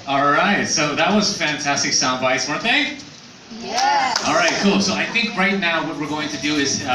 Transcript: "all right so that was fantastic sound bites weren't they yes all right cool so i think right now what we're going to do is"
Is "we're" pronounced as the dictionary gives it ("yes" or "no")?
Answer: yes